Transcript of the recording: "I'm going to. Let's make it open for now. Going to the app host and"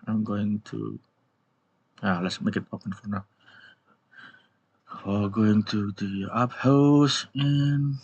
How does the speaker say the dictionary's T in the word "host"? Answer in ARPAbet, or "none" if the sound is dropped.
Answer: none